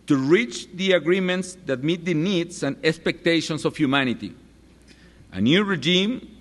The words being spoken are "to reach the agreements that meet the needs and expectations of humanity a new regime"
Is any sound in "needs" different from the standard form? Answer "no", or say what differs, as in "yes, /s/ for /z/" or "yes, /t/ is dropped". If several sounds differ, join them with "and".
yes, /s/ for /z/